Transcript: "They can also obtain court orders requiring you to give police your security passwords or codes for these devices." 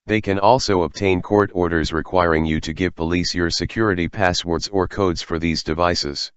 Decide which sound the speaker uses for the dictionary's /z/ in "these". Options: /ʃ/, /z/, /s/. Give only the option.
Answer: /z/